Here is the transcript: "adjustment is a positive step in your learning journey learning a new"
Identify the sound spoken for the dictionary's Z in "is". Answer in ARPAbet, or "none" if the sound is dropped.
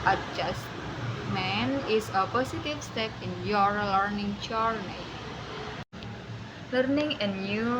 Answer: S